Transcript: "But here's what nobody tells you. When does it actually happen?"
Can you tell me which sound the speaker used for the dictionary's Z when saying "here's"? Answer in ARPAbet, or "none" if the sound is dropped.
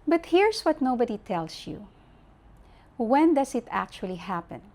S